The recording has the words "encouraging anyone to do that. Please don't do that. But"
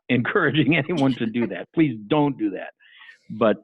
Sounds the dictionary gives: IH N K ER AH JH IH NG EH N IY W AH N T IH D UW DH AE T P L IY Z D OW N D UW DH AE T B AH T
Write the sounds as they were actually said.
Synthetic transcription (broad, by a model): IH N K ER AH JH IH NG EH N IY W AH N T IH D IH DH AE T P L IY Z D OW N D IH DH AE T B AH T